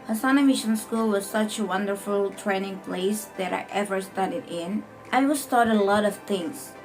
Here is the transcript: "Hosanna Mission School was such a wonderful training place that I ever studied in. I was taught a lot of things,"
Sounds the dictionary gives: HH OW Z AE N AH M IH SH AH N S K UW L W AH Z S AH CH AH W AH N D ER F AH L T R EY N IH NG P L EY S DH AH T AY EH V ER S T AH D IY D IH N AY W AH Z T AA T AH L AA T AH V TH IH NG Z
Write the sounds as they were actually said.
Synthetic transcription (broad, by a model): HH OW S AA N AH M IH SH AH N S K UW L W AH Z S AH CH AH W AH N D ER F AH L T R EY N IH NG P L EY S DH AH T AY EH V ER S T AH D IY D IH N AY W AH S T AA T AH L AA T AH V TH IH NG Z